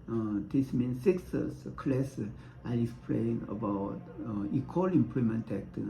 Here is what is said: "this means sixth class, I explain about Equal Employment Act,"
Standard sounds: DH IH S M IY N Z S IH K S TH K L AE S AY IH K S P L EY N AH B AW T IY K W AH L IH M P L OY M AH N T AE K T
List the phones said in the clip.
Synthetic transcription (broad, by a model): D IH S M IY N S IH K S S K L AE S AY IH S P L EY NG AH B AW T IY K W AH L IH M P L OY M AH N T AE K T